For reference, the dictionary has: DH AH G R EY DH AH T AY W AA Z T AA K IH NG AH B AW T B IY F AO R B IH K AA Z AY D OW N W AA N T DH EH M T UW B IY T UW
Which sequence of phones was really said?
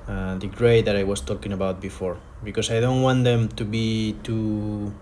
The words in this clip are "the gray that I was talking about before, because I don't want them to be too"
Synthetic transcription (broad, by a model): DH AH G R EY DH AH T AY W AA S T AA K IH NG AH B AW T B IY F AO R B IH K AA S AY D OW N W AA N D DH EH M T UW B IY T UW